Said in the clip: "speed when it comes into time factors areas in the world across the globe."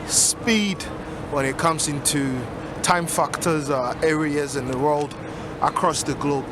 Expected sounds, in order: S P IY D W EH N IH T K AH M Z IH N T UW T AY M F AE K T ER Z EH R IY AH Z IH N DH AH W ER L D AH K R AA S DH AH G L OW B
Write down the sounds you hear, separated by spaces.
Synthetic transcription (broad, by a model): S P IY D W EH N IH T K AH M Z IH N T UW T AY M F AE K T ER Z EH R IY AH Z IH N DH AH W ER L D AH K R AA S DH AH G L OW B